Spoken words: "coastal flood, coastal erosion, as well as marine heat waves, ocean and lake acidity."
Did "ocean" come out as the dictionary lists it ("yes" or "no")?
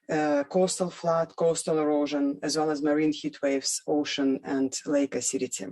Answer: yes